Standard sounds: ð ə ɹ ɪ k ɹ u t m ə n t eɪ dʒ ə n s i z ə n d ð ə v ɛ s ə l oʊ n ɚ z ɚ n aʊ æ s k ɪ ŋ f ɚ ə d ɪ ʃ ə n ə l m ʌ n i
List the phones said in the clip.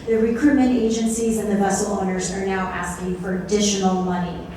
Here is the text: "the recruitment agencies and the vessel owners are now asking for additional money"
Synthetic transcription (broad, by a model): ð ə ɹ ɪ k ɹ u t m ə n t eɪ dʒ ə n s i z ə n ð ə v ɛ s l oʊ n ɚ z ɚ n aʊ æ s k ɪ ŋ f ɚ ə d ɪ ʃ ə n l m ʌ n i